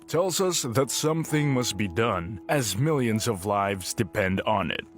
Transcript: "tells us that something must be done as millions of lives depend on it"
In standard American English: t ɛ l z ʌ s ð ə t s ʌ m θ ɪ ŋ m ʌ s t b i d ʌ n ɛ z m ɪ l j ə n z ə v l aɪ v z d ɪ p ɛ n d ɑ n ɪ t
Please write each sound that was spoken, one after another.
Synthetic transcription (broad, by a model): t ɛ l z ʌ s ð ə t s ʌ m θ ɪ ŋ m ʌ s t b i d ʌ n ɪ z m ɪ l j ə n z ə v l aɪ v z d ɪ p ɛ n d n ɪ t